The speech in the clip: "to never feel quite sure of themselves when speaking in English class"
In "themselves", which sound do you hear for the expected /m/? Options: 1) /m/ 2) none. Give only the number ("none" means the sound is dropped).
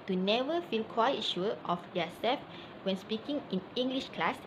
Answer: 2